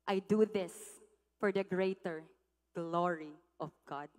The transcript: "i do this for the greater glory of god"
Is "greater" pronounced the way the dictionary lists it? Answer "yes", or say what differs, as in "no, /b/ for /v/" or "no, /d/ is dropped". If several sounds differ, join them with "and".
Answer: yes